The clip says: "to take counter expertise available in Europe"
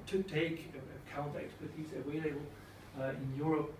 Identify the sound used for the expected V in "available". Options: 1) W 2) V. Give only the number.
1